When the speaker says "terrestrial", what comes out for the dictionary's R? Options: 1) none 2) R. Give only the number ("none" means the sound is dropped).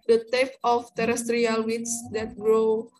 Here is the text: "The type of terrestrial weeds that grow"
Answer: 2